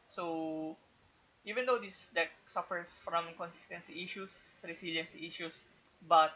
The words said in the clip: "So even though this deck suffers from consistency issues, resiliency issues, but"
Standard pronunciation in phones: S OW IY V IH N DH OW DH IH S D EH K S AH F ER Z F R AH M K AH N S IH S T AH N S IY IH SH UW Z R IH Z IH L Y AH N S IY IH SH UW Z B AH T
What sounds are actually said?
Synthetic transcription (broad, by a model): S OW IY V IH N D OW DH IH S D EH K S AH F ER S F R AH M K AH N S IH S T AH N S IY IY SH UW S R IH S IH L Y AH N S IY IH SH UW S B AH T